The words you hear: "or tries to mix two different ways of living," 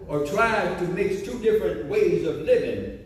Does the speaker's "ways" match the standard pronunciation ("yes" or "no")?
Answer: yes